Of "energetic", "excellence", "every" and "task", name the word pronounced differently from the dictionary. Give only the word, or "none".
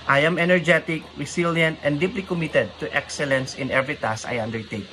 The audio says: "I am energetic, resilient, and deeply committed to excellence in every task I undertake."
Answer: task